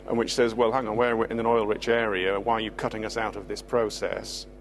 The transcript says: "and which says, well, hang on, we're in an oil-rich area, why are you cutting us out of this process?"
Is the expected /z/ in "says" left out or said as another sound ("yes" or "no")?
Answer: no